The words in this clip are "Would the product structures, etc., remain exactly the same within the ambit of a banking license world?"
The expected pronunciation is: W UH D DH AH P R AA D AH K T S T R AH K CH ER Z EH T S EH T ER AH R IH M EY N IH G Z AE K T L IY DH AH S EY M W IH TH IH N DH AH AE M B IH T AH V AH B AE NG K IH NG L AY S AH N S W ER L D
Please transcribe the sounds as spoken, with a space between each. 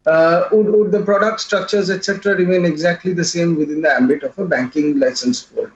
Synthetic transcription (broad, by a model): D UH D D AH P R AA D AH K T S T R AH K CH ER Z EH T S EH T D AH R IH M EY N IH G Z AE K T L IY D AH S EY M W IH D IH N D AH AE M B IH T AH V AH B AE NG K IH NG L AY S AH N S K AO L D